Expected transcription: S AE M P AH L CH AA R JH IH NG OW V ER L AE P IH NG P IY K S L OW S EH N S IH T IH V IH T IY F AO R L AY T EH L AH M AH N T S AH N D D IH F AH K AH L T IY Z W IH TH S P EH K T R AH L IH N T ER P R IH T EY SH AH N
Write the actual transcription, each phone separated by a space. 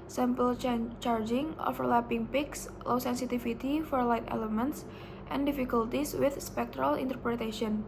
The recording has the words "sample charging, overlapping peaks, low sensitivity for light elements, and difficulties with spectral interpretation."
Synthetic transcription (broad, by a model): S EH M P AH L CH AA R JH IH NG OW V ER L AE P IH NG P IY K S L OW S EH N S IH T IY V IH T IY F AO R L AY T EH L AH M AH N T S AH N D D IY F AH K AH L T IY S W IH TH S P EH K T R AH L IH N T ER P R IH T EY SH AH N